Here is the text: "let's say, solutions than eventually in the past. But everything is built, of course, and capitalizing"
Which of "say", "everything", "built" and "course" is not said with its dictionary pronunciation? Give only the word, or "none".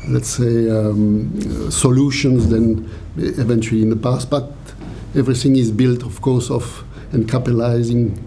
none